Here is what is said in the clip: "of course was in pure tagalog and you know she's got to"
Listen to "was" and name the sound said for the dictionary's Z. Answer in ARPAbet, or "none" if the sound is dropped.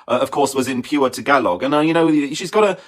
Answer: Z